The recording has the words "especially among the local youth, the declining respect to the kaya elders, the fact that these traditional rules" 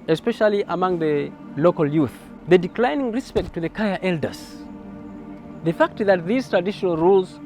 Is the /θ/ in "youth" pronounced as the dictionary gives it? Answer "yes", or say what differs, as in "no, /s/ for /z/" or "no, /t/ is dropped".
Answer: yes